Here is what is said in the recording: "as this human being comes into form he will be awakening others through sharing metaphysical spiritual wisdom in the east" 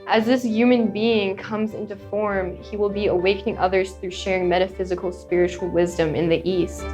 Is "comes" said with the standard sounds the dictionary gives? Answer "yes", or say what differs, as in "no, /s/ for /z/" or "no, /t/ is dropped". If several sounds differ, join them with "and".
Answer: yes